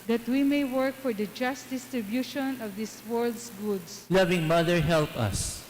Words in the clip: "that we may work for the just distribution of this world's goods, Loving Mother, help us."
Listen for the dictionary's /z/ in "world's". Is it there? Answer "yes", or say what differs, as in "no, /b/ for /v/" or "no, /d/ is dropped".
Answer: no, /s/ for /z/